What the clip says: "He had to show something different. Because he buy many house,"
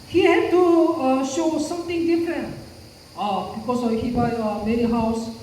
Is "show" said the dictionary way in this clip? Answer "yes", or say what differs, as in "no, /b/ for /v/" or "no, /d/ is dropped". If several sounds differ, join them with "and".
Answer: yes